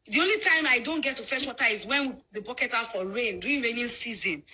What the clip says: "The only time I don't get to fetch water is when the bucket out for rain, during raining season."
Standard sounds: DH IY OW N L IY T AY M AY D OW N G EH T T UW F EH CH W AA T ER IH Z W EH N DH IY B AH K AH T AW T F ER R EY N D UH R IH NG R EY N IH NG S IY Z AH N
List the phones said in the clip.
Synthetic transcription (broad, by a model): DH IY OW N L IY T AY M AY D OW N G EH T T UW F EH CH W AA T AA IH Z W EH N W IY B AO K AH T AW T F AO R EY N D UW IH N R EY N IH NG S IY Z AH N